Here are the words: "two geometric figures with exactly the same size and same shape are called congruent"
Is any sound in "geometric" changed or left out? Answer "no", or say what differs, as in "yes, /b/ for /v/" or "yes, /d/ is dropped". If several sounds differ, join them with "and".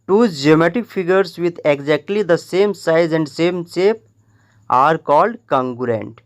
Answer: yes, /ɹ/ is dropped